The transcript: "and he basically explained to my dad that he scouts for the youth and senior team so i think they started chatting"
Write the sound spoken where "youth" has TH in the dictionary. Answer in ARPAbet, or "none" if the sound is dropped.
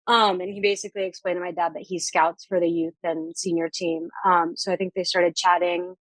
TH